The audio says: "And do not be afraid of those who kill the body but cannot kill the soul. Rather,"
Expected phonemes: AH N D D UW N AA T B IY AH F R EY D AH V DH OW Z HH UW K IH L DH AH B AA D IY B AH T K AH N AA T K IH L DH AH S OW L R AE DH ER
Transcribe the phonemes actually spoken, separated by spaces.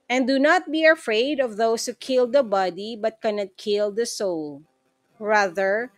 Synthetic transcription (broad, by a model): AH N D D UW N AA T B IY AH F R EY D AH V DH OW S HH UW K IH L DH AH B AA D IY B AH T K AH N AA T K IH L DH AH S OW L R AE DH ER